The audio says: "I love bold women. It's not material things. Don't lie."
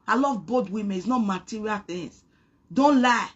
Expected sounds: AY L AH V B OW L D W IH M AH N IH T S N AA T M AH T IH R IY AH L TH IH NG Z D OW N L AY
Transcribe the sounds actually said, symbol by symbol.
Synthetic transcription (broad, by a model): AY L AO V B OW D W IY M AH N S N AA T M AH T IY R IY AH L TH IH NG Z D OW N L AY